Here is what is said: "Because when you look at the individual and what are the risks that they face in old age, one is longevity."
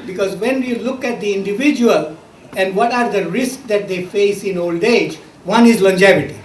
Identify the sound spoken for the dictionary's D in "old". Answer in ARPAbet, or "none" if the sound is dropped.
D